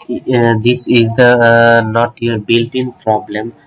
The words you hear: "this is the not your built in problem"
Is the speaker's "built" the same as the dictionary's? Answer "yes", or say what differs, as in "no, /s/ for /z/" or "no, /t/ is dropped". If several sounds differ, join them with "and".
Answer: yes